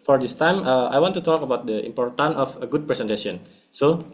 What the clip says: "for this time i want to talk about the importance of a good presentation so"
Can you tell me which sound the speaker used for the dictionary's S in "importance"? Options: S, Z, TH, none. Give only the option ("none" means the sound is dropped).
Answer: none